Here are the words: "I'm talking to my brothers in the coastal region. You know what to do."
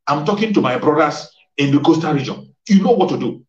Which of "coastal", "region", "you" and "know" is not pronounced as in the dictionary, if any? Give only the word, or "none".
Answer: coastal